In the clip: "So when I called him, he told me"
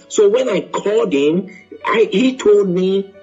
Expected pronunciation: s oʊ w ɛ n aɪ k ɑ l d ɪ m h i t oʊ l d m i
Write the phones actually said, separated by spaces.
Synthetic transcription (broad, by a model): s oʊ w ɛ n aɪ k ɑ l d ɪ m h i t oʊ l d m i